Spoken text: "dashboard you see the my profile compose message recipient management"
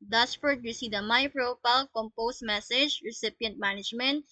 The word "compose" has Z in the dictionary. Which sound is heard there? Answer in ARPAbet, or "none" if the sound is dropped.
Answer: S